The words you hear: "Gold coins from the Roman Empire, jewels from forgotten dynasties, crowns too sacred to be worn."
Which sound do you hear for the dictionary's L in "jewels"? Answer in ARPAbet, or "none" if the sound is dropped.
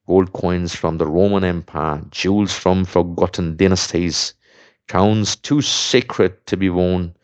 L